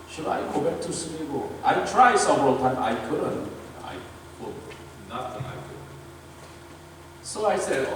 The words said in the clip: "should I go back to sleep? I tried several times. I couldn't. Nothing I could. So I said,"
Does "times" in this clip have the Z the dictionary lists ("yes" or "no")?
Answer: no